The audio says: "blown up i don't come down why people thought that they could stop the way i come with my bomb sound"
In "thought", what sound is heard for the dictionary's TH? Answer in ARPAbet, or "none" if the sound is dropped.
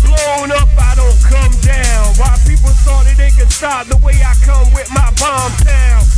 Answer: S